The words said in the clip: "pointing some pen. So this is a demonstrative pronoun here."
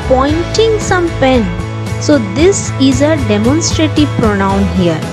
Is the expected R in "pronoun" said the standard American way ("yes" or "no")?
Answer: yes